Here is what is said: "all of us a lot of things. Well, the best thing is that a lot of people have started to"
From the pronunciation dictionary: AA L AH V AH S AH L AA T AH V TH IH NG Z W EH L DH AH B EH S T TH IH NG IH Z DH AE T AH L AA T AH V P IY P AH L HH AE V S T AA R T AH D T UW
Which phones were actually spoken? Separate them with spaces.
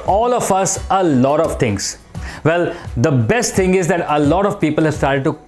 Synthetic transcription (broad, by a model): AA L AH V AH S AH L AA T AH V T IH NG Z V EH L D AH B EH S T T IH NG IH Z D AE T AH L AA T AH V P IY P AH L HH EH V S T AA R T AH D T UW